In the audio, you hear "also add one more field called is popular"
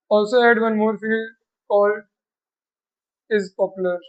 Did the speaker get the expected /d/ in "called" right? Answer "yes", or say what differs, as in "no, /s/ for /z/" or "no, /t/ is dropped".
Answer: no, /d/ is dropped